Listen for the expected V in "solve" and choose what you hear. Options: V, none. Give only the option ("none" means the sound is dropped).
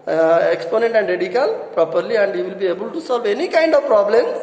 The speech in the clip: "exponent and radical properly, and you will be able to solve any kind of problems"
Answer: V